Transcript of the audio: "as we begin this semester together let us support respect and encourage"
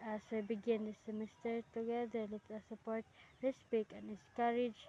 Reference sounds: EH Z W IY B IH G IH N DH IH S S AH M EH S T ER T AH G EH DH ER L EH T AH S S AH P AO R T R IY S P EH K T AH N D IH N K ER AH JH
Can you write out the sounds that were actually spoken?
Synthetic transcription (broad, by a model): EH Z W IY B IH G IH N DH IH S S AH M EH S T ER T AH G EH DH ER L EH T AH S S AH P AO R T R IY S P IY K AH N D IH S K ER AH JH